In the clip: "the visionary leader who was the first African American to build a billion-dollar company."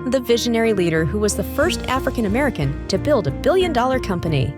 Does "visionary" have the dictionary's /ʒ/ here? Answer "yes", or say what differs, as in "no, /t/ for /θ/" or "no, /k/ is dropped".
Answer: yes